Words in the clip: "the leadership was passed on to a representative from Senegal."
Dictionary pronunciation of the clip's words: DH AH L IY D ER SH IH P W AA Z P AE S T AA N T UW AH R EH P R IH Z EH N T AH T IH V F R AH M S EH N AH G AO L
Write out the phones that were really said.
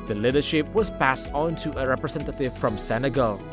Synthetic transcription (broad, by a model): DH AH L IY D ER SH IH P W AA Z P AE S T AA N T UW AH R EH P R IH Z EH N T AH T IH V F R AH M S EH N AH G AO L